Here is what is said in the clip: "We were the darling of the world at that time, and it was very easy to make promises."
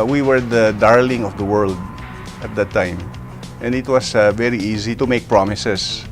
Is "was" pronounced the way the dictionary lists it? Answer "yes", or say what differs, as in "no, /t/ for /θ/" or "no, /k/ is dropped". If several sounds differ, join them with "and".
no, /s/ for /z/